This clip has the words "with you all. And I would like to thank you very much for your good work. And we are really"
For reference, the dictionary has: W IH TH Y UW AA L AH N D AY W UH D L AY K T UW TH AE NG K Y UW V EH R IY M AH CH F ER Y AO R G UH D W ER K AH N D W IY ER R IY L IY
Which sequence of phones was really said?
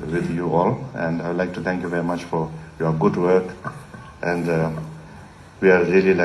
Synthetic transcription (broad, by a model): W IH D Y UW AA L AH N D AY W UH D L AY K T UW T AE NG K Y UW V EH R IY M AH CH F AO Y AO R G UH D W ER K AH N D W IY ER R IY L IY